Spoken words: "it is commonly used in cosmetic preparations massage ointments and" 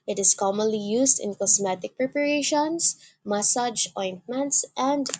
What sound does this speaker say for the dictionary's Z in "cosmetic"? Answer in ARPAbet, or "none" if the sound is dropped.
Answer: S